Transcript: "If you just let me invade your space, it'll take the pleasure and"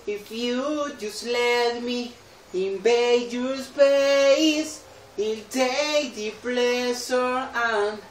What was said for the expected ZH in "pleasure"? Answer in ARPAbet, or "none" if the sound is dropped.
S